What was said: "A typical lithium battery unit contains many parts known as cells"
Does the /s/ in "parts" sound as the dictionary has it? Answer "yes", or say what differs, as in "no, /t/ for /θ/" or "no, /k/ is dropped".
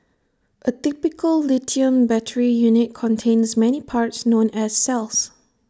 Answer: yes